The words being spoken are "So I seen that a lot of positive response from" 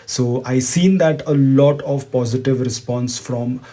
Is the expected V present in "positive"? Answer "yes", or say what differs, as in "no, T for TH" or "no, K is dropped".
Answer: yes